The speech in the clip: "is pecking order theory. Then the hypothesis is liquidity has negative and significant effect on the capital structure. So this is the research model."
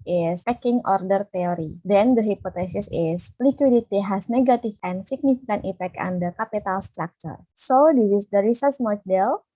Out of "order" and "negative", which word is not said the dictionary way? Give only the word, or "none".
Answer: negative